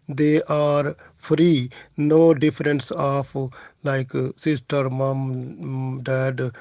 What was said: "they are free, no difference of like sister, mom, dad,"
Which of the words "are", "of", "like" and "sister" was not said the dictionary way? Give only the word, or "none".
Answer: of